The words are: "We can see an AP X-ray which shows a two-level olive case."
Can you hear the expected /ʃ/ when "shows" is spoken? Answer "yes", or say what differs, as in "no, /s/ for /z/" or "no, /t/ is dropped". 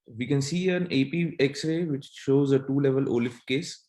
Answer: yes